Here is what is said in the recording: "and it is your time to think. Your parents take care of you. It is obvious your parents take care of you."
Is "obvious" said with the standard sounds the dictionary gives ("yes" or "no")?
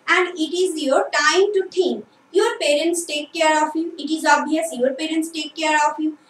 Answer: no